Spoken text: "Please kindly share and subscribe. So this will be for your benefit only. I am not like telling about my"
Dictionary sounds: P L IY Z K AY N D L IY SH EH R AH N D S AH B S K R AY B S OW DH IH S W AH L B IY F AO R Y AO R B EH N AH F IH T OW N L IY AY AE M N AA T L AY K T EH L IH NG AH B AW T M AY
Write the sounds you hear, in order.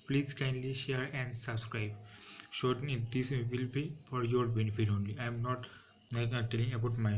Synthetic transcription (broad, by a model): P L IY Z K AY N L IY SH EH R AH N D S AH B S K R AY B SH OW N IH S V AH L B IY F AO R Y AO R B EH N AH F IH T OW N L IY AY M N AA T N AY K T EH L IH NG AH B AW T M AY